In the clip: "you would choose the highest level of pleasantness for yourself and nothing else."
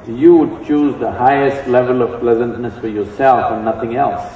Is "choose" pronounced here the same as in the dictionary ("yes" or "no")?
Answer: yes